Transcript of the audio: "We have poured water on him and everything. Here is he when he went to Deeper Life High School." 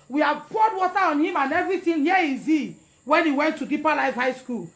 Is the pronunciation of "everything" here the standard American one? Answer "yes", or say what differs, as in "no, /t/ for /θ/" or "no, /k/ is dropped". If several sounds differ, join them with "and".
no, /t/ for /θ/